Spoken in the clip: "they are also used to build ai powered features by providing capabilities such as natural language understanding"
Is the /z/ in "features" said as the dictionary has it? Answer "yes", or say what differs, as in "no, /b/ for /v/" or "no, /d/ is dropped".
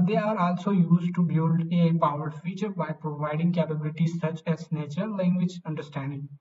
no, /z/ is dropped